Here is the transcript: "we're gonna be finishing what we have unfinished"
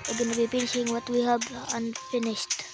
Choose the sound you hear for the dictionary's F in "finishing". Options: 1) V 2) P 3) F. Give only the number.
2